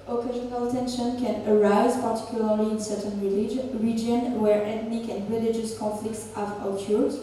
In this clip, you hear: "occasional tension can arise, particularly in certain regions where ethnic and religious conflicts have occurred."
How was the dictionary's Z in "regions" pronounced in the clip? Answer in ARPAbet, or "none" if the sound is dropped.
none